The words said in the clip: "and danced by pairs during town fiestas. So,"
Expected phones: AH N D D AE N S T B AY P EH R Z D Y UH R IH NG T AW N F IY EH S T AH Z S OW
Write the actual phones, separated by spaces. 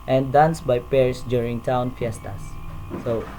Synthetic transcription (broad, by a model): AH N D D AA N S B AY P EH R S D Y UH R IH NG T AW N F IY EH S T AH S OW